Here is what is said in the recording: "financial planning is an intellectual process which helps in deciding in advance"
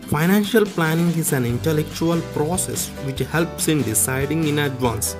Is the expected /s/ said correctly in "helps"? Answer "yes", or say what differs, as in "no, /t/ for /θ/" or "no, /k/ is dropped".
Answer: yes